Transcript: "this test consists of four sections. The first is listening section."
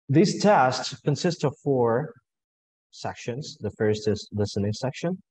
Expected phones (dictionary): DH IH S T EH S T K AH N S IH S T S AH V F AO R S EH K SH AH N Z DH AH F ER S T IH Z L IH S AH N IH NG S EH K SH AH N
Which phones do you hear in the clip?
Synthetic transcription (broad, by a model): DH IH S T EH S T K AH N S IH S T S AH V F AO R S EH K SH AH N Z DH AH F ER S T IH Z L IH S AH N IH NG S EH K SH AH N